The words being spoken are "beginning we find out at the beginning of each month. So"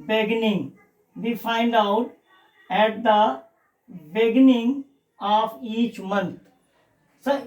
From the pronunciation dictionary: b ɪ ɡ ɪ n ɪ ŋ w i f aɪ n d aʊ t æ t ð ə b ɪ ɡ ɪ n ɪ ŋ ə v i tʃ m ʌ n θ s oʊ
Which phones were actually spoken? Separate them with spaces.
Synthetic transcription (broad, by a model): b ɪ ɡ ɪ n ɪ ŋ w i f aɪ n d aʊ t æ t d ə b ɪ ɡ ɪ n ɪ ŋ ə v i tʃ m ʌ n t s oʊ